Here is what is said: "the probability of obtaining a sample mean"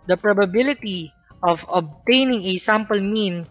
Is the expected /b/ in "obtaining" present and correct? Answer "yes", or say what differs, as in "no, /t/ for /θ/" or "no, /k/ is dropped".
yes